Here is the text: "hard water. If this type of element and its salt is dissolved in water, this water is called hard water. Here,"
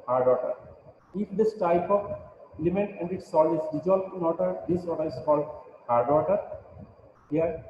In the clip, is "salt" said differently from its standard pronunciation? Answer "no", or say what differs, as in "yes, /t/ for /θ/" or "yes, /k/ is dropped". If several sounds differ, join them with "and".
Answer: yes, /t/ is dropped